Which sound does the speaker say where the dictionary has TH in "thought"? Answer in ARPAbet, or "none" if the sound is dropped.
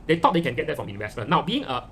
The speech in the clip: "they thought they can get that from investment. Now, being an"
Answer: T